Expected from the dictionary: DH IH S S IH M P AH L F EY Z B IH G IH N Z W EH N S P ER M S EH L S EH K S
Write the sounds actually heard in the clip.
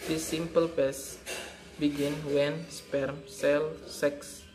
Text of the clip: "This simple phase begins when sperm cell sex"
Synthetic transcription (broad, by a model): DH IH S S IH M P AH L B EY S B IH G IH N W EH N S P ER M S EH L S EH K S